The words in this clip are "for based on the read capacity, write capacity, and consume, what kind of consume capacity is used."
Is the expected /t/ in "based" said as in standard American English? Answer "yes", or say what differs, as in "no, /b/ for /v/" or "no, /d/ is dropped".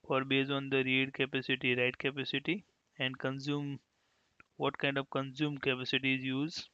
no, /t/ is dropped